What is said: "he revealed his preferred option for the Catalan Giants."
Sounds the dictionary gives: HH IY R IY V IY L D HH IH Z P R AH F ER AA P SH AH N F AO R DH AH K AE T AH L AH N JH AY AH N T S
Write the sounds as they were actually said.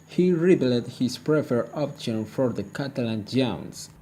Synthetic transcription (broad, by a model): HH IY R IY B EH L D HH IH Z P R AH F ER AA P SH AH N F AO R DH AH K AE T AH L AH N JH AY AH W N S